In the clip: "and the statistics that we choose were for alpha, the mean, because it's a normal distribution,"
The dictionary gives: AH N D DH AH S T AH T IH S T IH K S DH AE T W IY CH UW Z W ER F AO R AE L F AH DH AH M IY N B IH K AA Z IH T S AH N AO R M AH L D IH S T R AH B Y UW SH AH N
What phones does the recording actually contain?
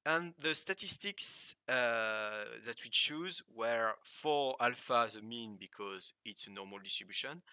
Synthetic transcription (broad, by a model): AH N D DH AH S T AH T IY S T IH K S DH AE T W IY CH UW Z W ER F AO R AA L F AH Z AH M IY N B IH K AA Z IH T S AH N AO R M AH L D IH S T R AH B Y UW SH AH N